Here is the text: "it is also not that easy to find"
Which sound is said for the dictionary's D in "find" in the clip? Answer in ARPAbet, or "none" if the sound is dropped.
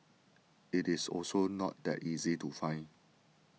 none